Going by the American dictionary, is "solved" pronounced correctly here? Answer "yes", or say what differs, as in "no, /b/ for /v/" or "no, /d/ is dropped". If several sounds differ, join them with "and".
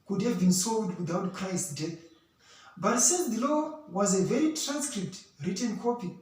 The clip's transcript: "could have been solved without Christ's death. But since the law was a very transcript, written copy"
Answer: no, /v/ is dropped